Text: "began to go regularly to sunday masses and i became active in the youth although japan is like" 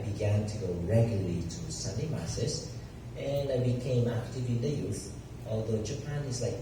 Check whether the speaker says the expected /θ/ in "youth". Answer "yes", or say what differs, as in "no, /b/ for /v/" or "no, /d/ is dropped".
yes